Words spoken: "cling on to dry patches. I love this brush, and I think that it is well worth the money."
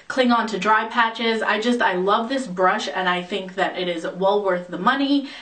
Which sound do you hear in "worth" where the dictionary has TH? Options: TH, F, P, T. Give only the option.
TH